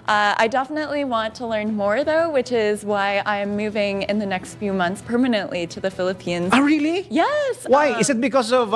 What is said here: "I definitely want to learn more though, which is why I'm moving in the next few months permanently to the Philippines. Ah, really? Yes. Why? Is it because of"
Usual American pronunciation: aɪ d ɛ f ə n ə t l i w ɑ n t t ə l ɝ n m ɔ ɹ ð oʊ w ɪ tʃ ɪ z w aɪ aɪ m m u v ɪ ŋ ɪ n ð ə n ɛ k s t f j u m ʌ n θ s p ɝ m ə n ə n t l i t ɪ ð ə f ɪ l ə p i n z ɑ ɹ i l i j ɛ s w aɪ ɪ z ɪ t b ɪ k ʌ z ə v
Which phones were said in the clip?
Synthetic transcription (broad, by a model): aɪ d ɛ f ə n ə t l i w ɑ n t t ə l ɝ n m ɔ ɹ ð oʊ w ɪ tʃ ɪ z w aɪ aɪ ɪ m u v ɪ ŋ ɪ n ð ə n ɛ k s t f j u m ʌ n θ s p ɝ m ə n ə n t l i t ɪ ð ə f ɪ l ə p i n z ɹ i l i j ɛ s w aɪ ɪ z ɪ t b ɪ k ʌ z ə v